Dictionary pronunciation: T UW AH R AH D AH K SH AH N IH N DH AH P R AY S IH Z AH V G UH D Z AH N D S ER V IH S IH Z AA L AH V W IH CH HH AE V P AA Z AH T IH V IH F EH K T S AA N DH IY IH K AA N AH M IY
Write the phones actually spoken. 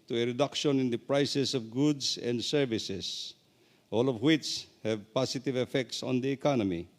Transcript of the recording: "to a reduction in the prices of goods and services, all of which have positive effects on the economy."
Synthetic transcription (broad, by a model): T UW AH R AH D AH K SH AH N IH N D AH P R AY S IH S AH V G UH D S AH N D S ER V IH S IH S AA L AH V W IH CH HH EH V P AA S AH T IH V IH F EH K T S AA N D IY K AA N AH M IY